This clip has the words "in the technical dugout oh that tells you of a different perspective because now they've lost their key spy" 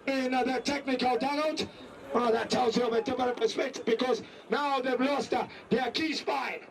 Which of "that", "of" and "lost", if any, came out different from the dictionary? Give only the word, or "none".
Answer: none